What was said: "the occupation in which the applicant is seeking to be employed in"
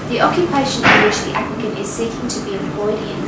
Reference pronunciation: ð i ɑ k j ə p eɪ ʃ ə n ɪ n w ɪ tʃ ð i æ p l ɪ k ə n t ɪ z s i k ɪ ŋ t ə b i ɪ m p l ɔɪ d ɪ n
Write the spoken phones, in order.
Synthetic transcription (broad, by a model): ð i ɑ k j ə p eɪ ʃ ə n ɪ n w ɪ tʃ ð i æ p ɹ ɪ k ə n ɪ z s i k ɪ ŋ t ə b i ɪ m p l ɔɪ d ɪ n